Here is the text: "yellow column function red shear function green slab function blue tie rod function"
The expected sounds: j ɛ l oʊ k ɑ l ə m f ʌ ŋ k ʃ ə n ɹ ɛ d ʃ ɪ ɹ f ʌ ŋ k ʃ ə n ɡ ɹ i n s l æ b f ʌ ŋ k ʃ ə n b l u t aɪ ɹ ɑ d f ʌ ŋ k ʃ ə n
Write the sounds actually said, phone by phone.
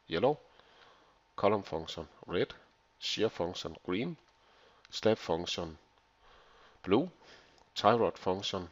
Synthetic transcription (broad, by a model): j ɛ l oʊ k ɑ l ə m f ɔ ŋ ʃ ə n ɹ ɛ d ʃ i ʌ f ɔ ŋ ʃ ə n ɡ ɹ i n s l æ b f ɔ ŋ ʃ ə n b l u s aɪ ɹ ɑ d f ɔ ŋ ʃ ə n